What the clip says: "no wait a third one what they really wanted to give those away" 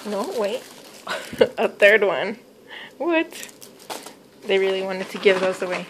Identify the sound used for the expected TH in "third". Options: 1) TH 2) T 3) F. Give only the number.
1